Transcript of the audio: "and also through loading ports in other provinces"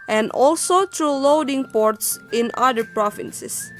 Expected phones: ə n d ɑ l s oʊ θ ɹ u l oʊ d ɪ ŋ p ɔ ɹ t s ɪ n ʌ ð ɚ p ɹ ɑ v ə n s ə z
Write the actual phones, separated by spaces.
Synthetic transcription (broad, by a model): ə n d ɑ l s oʊ t ɹ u l oʊ d ɪ ŋ p ɔ ɹ t s ɪ n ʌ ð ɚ p ɹ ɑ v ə n s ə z